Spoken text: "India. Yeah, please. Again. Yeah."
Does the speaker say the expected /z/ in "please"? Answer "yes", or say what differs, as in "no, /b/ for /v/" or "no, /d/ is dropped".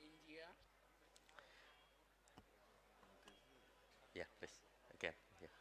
no, /s/ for /z/